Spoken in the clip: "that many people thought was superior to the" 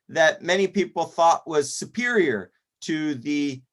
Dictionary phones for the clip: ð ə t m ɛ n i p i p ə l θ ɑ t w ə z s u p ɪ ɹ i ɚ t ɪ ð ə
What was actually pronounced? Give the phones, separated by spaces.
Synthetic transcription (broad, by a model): ð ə t m ɛ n i p i p l θ ɑ t w ə z s u p ɪ ɹ i ɚ t ɪ ð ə